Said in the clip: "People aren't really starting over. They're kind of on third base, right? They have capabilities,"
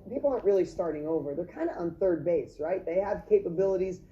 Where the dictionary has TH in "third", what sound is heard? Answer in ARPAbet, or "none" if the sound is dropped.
TH